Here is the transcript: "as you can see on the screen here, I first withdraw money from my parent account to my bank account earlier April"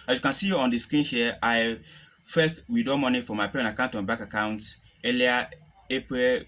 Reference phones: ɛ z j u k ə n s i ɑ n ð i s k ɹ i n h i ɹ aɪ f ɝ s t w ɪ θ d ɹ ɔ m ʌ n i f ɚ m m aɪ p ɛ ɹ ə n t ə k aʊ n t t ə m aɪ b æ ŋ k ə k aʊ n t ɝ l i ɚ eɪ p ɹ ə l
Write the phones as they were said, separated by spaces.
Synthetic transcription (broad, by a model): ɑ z j u k ə n s i ɑ n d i s k ɹ i n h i aɪ f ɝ s t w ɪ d ɔ m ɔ n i f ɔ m m aɪ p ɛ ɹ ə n ə k aʊ n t t ə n b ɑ k ə k aʊ n t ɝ l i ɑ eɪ p ɹ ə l